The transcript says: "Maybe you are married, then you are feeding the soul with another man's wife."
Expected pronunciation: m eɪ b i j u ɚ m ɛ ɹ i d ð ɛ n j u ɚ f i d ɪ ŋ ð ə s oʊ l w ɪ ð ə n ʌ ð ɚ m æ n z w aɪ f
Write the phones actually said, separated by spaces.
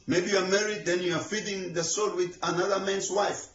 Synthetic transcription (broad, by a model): m eɪ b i j u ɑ m ɛ ɹ i d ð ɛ n j u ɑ f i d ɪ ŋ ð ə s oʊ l w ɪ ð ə n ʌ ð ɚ m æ n s w aɪ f